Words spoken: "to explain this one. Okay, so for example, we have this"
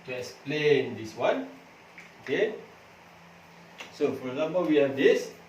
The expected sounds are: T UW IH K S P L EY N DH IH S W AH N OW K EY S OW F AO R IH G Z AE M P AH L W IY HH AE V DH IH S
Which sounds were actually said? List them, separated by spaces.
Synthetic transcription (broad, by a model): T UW IH K S P L EY N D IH S W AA N OW K EY S OW F AO R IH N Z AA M B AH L W IY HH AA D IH S